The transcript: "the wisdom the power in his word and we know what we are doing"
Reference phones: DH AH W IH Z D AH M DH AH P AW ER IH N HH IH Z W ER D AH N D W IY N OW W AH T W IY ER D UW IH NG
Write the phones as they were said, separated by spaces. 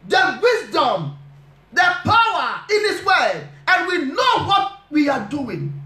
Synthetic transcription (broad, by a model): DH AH W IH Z D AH M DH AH P AW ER IH N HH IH S W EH AH N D W IY N OW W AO T W IY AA D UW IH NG